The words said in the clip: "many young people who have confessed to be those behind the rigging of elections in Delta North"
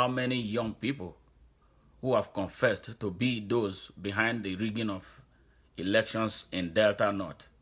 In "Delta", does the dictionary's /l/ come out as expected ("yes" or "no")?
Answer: yes